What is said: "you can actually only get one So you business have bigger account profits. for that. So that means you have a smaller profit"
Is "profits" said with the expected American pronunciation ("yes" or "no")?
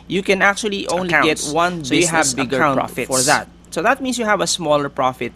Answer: no